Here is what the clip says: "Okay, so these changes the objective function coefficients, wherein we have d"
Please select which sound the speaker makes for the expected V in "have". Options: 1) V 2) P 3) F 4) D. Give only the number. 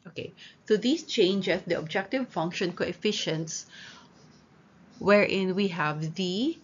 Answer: 1